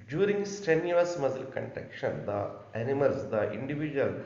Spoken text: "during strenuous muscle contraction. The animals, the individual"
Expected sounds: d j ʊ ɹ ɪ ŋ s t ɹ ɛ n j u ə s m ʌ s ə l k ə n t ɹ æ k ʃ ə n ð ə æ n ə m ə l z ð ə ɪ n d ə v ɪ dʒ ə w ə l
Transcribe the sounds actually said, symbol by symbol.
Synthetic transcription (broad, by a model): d j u ɹ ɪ ŋ s t ɛ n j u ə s m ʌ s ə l k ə n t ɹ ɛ k ʃ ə n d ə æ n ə m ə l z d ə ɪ n d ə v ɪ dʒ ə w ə l